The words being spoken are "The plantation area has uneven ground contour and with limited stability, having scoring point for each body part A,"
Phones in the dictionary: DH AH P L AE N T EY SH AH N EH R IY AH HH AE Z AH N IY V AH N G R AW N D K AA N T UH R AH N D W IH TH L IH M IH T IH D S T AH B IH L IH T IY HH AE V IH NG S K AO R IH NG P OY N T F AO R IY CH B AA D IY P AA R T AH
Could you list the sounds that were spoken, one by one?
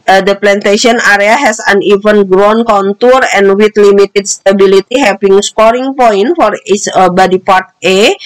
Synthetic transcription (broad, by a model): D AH P L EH N T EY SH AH N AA R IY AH HH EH S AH N IY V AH N G R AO N K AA N T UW R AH N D W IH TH L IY M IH T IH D S T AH B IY L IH T IY HH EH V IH NG S K AO R IH NG P OY N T F AO R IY S B AA D IY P AA R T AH